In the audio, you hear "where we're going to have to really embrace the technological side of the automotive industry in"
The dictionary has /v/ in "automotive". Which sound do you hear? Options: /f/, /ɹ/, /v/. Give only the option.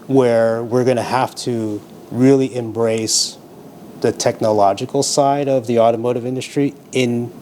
/v/